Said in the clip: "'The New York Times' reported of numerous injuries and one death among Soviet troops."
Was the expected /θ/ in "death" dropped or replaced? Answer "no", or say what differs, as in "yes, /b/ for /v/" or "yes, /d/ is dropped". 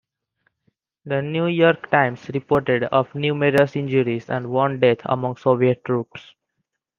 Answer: yes, /t/ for /θ/